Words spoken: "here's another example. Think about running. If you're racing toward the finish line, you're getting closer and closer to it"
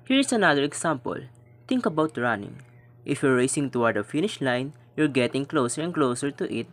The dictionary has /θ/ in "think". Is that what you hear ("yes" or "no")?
no